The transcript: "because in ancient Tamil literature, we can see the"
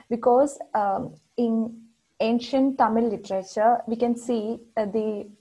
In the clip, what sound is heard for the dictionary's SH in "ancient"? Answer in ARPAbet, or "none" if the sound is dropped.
SH